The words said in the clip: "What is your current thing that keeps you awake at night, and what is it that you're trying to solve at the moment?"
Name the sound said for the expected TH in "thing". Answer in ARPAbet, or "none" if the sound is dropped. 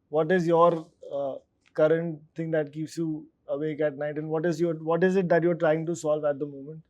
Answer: T